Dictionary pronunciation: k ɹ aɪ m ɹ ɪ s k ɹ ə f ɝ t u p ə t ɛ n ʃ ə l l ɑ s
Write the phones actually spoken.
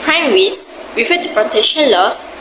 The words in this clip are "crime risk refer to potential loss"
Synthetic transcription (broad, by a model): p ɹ aɪ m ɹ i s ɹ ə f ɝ t u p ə t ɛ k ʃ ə n l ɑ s